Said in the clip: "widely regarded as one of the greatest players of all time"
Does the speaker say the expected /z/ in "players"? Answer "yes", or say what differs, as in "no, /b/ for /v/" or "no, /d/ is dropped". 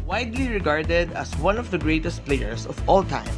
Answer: no, /s/ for /z/